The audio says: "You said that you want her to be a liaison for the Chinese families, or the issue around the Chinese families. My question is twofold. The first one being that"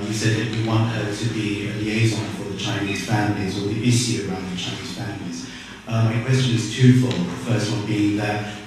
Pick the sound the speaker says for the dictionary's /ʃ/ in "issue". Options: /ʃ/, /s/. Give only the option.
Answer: /s/